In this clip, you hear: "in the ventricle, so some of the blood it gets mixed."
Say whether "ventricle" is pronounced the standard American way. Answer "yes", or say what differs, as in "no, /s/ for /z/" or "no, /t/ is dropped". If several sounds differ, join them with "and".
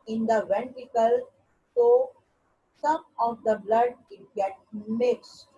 no, /ɹ/ is dropped